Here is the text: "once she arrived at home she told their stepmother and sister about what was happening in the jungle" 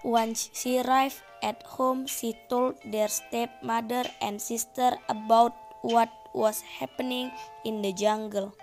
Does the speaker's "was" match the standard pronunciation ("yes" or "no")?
no